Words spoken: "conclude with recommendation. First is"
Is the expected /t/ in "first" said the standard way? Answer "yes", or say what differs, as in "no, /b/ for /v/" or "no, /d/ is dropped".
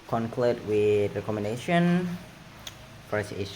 no, /t/ is dropped